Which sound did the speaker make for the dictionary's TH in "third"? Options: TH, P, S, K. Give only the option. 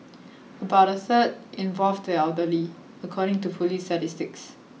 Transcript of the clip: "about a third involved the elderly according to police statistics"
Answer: S